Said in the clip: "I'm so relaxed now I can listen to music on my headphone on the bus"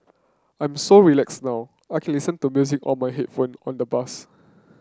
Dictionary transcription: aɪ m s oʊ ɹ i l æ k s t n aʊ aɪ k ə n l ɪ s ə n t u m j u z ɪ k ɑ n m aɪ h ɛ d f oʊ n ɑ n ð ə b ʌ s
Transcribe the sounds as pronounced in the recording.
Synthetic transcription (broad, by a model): aɪ m s oʊ ɹ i l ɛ k s n aʊ aɪ k ə n l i s ə n t u m j u z ɪ k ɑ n m aɪ h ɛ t f oʊ n ɑ n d ə b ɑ s